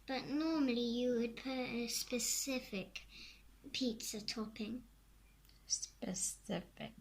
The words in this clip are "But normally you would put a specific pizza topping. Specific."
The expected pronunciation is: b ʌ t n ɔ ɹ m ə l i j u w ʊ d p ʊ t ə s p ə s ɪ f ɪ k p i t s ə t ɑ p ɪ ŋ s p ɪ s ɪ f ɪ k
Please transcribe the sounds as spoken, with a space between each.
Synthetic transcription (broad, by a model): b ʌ t n ɔ m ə l i j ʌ w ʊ d p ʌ ə s p ə s ɪ f ɪ k p i t s ə t ɑ p ɪ ŋ s p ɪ s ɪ f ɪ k